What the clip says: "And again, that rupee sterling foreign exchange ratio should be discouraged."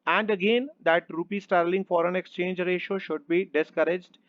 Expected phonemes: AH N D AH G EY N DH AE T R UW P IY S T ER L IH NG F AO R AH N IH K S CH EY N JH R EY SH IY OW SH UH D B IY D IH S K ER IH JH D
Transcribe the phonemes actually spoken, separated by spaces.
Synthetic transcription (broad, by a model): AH N D AH G EY N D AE T R UW P IY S T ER L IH NG F AO R AH N IH K S CH EY N JH R EY SH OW SH UH D B IY D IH S K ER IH JH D